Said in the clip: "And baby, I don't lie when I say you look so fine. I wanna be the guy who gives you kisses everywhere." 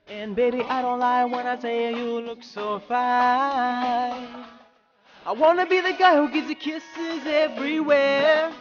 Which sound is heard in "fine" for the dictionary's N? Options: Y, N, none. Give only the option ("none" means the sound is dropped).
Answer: none